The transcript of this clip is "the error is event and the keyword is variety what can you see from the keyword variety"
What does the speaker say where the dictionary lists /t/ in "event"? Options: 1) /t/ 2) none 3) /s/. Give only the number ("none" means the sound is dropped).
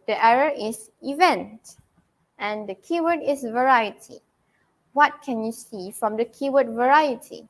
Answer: 1